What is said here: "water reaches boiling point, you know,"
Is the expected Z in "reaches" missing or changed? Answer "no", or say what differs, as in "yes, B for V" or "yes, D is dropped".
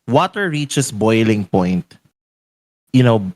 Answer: yes, S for Z